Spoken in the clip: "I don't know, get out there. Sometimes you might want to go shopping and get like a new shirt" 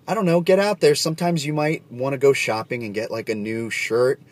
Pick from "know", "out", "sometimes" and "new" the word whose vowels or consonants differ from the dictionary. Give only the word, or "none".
none